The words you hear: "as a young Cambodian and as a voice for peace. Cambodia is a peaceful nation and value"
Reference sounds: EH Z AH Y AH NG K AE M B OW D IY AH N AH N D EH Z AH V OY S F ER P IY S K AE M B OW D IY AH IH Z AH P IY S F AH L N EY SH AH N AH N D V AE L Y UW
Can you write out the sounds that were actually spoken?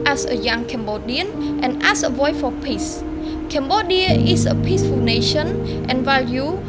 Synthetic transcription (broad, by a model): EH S AH Y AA NG K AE M B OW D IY AH N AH N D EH S AH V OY F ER P IY S K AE M B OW D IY AH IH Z AH P IY S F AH N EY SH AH N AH N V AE L Y UW